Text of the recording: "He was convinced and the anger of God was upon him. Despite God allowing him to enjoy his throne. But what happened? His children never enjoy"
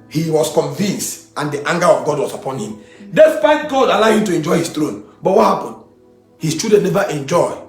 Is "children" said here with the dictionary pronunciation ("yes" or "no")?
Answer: no